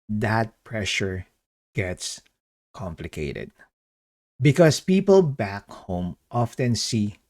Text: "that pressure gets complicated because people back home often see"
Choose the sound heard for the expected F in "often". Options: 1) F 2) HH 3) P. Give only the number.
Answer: 1